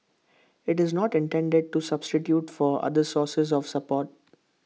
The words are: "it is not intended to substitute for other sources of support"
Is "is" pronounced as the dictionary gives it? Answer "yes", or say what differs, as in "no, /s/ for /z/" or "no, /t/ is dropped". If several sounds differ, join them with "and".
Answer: yes